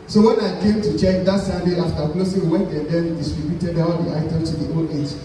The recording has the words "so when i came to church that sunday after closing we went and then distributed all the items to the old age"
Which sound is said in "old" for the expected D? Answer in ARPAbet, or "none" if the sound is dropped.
none